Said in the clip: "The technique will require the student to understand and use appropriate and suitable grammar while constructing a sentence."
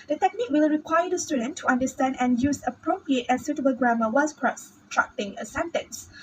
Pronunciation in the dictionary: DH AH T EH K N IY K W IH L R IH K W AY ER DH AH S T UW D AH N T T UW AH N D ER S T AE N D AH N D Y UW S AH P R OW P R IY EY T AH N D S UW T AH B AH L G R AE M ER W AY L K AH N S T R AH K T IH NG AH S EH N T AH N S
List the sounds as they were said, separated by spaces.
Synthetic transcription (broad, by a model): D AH T EH K N IY K W IH L R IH K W AY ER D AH S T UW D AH N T T UW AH N D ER S T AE N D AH N Y UW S AH P R OW P R IY EY T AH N S UW T AH B AH L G R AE M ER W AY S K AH S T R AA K T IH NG AH S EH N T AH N S